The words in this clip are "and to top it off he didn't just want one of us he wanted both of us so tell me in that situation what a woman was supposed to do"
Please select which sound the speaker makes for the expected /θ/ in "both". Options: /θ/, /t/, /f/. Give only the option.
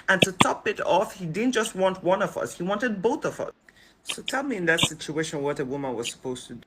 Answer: /θ/